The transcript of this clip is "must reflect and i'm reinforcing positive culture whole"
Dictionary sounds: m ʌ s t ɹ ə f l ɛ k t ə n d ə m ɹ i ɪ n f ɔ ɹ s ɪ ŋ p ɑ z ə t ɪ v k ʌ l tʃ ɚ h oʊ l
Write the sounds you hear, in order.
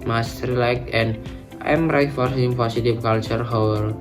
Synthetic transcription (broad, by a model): m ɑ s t ɹ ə l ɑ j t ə n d ə m ɹ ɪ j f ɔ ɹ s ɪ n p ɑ s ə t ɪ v k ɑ l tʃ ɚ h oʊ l